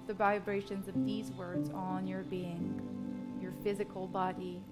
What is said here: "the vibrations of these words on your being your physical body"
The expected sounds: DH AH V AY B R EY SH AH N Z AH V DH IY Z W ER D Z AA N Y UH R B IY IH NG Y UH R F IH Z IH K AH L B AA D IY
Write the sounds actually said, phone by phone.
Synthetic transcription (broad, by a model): DH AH V AY B R EY SH AH N Z AH V DH IY Z W ER D Z N Y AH R B IY IH NG Y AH R F IH Z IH K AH L B AA D IY